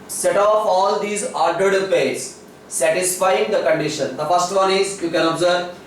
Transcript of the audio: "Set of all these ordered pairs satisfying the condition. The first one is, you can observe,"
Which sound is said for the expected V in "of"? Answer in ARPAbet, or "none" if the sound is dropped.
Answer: P